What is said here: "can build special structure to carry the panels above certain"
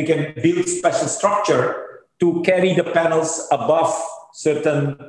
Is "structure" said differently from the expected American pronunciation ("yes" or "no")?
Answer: no